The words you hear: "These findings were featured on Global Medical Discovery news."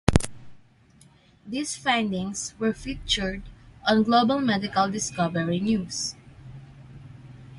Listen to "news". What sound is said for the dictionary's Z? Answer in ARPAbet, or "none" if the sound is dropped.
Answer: S